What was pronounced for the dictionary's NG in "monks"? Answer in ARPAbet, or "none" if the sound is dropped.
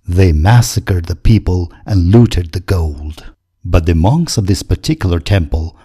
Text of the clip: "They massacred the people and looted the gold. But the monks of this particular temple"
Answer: NG